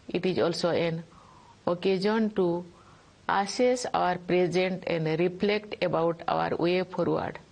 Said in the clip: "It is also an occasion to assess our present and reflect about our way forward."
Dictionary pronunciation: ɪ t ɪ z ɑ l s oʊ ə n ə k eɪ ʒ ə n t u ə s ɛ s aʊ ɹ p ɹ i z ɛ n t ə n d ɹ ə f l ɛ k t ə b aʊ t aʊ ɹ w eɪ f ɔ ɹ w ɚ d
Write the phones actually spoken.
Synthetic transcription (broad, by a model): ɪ t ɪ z ɑ l s oʊ ə n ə k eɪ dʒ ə n t u ə s ɛ s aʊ ɹ p ɹ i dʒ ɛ n t ə n d ɹ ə p l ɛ k t ə b aʊ t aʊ ɹ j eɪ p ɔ ɹ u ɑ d